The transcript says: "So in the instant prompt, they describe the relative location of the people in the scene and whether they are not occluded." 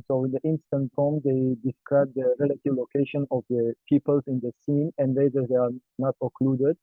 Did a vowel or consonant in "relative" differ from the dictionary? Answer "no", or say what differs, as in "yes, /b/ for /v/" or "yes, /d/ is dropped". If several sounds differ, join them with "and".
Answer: no